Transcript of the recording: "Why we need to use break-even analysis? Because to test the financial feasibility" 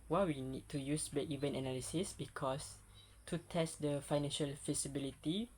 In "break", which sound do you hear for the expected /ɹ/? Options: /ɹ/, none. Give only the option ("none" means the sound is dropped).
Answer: none